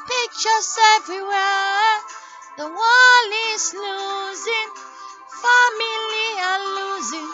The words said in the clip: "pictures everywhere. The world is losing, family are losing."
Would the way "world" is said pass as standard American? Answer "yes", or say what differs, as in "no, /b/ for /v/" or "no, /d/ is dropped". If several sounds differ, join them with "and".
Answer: no, /d/ is dropped